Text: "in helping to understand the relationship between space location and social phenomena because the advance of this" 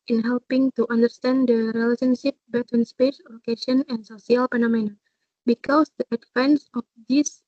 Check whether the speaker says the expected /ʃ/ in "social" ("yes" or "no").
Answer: no